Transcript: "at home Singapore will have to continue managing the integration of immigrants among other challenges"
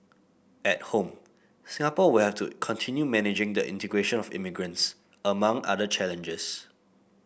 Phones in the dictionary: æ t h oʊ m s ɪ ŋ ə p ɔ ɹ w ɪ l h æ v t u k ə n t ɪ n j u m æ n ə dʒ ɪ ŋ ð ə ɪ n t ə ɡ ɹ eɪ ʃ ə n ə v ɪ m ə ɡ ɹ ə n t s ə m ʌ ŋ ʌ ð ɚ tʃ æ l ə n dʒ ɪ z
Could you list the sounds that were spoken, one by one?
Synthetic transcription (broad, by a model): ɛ t h oʊ m s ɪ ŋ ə p ɔ w ɪ l h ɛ f t u k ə n t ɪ n j u m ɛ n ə dʒ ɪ ŋ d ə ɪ n t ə ɡ ɹ eɪ ʃ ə n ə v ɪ m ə ɡ ɹ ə n t s ə m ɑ ŋ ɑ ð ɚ tʃ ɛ l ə n dʒ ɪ s